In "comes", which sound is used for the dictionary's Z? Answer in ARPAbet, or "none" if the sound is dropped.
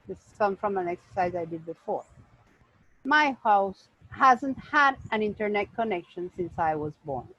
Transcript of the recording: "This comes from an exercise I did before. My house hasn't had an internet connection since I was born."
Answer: none